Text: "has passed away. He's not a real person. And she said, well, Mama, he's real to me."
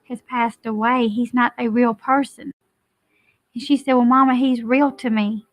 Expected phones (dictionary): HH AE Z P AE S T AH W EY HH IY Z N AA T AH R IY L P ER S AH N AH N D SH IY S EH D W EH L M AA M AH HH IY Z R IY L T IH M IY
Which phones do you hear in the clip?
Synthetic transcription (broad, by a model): HH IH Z P AE S T AH W EY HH IY Z N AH T AH R IY L P ER S AH N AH N SH IY S EH D W EH L M AA M AH HH IY Z R IY L T IH M IY